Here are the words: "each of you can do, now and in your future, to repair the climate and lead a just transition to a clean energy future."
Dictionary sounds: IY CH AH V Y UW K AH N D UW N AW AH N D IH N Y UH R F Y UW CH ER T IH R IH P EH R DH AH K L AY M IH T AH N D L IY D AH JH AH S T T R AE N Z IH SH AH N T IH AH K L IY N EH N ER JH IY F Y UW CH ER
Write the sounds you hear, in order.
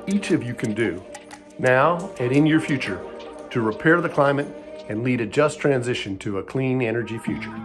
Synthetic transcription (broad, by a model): IY CH AH V Y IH K AH N D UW N AW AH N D IH N Y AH R F Y UW CH ER T IH R IH P EH R DH AH K L AY M IH T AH N L IY D AH JH AH S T T R AE N Z IH SH AH N T IH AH K L IY N EH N ER JH IY F Y UW CH ER